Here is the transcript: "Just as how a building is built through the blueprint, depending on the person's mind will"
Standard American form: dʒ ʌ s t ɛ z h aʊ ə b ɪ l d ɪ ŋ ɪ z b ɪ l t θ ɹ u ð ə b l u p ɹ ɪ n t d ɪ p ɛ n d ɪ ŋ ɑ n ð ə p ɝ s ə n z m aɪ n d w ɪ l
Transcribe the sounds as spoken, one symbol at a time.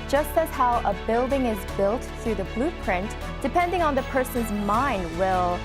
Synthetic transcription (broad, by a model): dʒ ʌ s t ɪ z h aʊ ə b ɪ l d ɪ ŋ ɪ z b ɪ l t θ ɹ u ð ə b l u p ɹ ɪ n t d ɪ p ɛ n d ɪ ŋ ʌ n ð ə p ɝ s ə n z m aɪ n d w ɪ l